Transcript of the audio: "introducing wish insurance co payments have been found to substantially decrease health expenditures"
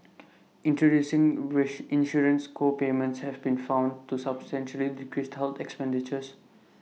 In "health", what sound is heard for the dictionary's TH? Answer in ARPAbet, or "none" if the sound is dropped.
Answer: T